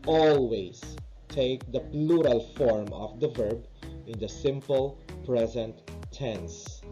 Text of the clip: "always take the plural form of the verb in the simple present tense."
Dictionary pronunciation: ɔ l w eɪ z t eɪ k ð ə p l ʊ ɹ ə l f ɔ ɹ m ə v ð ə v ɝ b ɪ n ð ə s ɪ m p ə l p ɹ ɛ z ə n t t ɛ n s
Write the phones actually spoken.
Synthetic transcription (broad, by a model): ɔ l w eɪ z t eɪ k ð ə p l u ɹ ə l f ɔ ɹ m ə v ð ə v ɝ b ɪ n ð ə s ɪ m p ə l p ɹ ɛ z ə n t t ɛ n s